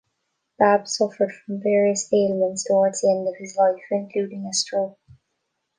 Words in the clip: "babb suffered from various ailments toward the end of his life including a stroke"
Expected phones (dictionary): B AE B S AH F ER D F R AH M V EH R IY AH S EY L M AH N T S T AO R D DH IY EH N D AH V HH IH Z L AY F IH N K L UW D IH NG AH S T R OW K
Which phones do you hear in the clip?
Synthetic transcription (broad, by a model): B AE B S AH F ER D F R AH M V EH R IY AH S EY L AH N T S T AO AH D DH IY EH N D AH V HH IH Z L AY F IH N K L UW D IH NG AH S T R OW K